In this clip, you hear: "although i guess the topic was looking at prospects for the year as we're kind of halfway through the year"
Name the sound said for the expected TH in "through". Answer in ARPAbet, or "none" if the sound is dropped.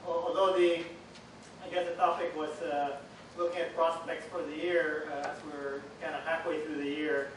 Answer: TH